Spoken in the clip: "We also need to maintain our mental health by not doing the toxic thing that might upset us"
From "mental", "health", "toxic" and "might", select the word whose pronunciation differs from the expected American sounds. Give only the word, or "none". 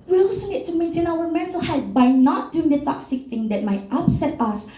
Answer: health